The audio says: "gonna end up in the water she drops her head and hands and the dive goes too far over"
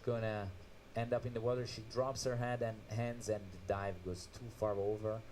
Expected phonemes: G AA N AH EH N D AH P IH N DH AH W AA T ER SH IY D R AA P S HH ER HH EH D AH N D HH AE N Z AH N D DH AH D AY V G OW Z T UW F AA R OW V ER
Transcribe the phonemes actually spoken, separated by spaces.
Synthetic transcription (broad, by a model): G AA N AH EH N D AH P IH N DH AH W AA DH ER SH IY D R AA P S HH ER HH EH D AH N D HH AE N Z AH N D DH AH D AY V G OW Z T UW F AA R OW V ER